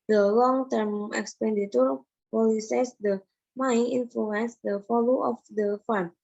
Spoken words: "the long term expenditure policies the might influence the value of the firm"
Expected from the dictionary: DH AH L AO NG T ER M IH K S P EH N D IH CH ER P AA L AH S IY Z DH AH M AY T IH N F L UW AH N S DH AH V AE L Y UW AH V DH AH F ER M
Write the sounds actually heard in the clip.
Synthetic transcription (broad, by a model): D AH L AO NG T ER M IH K S P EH N D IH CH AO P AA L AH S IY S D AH M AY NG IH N F L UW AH N S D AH F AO L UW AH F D AH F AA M